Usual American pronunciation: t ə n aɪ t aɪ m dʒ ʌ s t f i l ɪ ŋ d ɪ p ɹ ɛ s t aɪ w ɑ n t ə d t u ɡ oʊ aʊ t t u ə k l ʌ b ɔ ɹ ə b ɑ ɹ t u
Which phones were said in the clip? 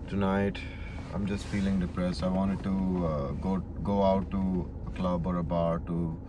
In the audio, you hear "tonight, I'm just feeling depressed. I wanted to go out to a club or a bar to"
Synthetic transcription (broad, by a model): t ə n aɪ t aɪ m dʒ ʌ s t f i l ɪ ŋ d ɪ p ɹ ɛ s aɪ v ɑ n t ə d t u ɡ oʊ aʊ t t u ə k l ʌ b ɔ ɹ ə b ɑ ɹ t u